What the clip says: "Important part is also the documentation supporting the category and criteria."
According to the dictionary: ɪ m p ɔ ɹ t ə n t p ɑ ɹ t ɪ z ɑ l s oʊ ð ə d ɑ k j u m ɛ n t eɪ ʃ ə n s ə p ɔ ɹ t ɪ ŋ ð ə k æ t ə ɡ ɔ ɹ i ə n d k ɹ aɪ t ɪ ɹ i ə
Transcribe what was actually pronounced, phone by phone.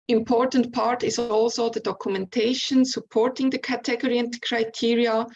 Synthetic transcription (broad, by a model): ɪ m p ɔ ɹ t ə n t p ɑ ɹ t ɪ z ɑ l s oʊ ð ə d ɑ k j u m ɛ n t eɪ ʃ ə n s ə p ɔ ɹ t ɪ ŋ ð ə k æ t ə ɡ ɔ ɹ i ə n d k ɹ aɪ t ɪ ɹ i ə